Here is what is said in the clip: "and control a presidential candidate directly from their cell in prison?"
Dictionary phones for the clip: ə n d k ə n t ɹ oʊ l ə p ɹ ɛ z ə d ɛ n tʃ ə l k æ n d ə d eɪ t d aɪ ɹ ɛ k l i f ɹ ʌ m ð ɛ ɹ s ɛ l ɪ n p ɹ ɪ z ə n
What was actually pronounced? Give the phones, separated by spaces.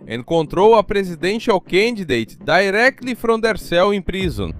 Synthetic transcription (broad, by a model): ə k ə n t ɹ oʊ w ə p ɹ ɛ z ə d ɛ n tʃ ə w k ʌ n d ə d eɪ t d aɪ ɹ ɛ k l i f ɹ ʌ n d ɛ ɹ s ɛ w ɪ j p ɹ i z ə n